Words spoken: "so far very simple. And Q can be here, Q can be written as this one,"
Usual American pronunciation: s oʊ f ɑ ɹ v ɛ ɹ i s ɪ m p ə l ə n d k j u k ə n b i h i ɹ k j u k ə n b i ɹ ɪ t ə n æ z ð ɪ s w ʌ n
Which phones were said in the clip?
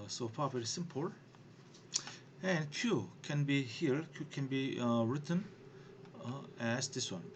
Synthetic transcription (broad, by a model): s oʊ p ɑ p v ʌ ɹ s ɪ m p ə l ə n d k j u k ə n b i h i ɹ k j u k ə n b i ɹ ɪ t ə n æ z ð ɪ s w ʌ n